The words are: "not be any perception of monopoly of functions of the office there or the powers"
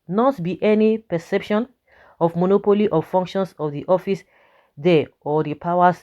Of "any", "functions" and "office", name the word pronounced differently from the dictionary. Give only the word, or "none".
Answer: functions